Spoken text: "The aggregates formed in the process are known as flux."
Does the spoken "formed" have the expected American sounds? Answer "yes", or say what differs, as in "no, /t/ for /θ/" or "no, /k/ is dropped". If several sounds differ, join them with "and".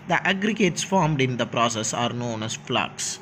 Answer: yes